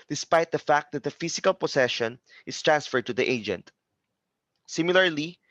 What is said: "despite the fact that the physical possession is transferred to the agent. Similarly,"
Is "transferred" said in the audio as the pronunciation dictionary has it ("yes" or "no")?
yes